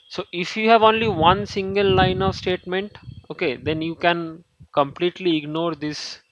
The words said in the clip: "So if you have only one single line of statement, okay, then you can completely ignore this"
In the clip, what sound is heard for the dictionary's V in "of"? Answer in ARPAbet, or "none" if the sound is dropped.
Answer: V